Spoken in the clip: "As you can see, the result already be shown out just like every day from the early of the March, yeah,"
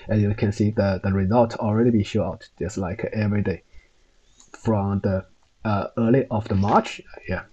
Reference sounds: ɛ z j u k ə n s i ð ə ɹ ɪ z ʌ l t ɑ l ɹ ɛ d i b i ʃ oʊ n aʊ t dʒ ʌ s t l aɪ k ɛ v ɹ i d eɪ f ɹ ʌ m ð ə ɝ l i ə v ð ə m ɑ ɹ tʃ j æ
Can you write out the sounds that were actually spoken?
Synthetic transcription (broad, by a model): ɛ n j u k ə n s i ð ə ɹ ɪ z ʌ l t ɑ l ɹ ɛ d i b i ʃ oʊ aʊ t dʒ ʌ s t l aɪ k ɛ v ɹ i d eɪ f ɹ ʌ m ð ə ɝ l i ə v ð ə m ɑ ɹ tʃ j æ